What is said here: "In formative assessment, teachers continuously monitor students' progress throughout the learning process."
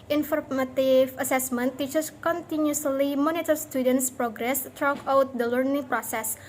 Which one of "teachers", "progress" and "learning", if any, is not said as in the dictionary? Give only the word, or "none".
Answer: teachers